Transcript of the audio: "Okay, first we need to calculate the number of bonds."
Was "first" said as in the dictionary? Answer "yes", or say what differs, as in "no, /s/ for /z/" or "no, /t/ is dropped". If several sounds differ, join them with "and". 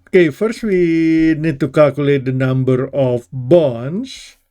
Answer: yes